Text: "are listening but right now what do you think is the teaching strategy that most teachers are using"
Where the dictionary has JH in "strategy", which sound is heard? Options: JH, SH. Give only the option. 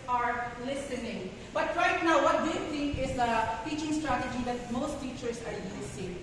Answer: JH